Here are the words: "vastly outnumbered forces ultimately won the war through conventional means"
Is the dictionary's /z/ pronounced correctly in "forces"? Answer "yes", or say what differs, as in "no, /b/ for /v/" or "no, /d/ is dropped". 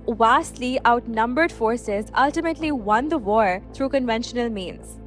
yes